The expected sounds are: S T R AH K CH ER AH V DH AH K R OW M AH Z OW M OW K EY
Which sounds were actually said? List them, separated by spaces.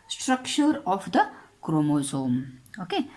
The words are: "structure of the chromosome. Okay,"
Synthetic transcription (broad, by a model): S T R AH K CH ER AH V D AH K R OW M AH Z OW M OW K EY